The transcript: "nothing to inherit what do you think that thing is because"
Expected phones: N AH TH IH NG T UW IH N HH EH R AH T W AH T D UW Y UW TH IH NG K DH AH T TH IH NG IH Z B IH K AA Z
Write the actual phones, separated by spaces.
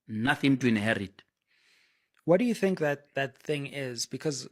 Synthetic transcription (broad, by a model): N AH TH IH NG T UW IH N HH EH R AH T W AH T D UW Y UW TH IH NG K DH AH T TH IH NG IH Z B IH K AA Z